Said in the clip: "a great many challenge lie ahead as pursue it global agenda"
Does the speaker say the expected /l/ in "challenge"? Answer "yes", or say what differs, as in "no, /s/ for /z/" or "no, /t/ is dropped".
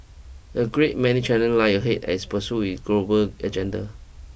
no, /n/ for /l/